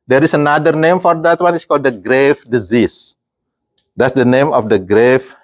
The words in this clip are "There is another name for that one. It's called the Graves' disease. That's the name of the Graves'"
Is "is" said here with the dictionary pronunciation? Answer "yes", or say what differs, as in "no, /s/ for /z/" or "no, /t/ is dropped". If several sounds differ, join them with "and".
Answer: no, /s/ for /z/